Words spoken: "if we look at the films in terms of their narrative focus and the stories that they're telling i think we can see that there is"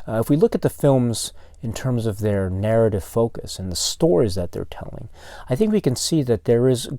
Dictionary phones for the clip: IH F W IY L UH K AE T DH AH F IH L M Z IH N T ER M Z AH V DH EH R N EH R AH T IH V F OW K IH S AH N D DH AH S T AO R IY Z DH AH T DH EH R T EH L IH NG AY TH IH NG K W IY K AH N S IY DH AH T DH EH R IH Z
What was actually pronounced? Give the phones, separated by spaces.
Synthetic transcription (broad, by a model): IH F W IY L UH K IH T DH AH F IH L M Z IH N T ER M Z AH V DH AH R N EH R AH T IH V F OW K IH S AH N DH AH S T AO R IY Z DH AH T DH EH R T EH L IH NG AY TH IH NG K W IY K AH N S IY DH AH T DH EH R IH Z